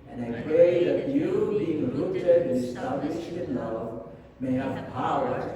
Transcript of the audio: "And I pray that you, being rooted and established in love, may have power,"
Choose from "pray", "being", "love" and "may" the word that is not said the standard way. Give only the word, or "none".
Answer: none